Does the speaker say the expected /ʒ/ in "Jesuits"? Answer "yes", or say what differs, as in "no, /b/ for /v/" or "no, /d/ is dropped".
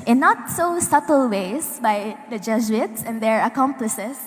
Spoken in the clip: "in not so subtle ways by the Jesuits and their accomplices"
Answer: no, /z/ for /ʒ/